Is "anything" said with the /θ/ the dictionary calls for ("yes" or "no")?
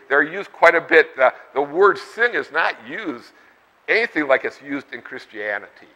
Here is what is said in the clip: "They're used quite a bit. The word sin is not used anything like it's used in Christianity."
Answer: yes